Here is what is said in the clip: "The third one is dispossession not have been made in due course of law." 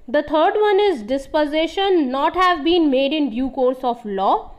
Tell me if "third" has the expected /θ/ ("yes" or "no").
no